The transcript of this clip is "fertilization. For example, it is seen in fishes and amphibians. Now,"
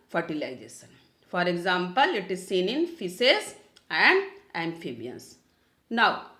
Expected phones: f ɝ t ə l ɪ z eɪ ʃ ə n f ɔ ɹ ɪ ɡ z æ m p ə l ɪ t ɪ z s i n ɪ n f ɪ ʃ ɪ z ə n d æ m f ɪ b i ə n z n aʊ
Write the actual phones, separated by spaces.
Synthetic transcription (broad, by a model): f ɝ t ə l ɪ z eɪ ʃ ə n f ɔ ɹ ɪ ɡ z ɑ m p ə l ɪ t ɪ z s i n ɪ n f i s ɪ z ə n d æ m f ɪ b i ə n s n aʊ